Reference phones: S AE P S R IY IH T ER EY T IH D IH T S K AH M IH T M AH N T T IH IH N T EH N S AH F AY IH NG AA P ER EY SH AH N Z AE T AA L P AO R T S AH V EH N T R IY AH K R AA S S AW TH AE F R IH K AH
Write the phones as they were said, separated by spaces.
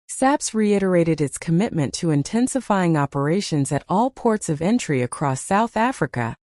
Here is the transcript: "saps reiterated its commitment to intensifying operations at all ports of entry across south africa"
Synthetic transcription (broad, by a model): S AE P S R IY IH T ER EY T IH D IH T S K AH M IH T M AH N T T IH IH N T EH N S AH F AY IH NG AA P ER EY SH AH N Z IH T AA L P AO R T S AH V EH N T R IY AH K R AA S S AW TH AE F R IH K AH